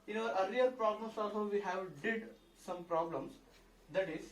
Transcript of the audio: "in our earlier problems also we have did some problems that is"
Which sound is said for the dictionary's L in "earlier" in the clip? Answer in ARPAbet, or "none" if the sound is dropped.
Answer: none